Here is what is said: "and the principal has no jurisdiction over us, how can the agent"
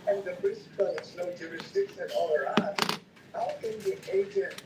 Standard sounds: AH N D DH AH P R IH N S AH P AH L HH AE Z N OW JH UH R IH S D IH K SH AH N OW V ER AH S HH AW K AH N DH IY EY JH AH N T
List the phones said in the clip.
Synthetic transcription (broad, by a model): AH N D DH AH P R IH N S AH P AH L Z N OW JH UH R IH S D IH K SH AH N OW ER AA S HH AW K AH N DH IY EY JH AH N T